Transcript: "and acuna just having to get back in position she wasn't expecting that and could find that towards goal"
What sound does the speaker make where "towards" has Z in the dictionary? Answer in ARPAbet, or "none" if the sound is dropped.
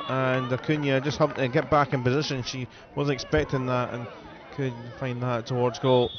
Z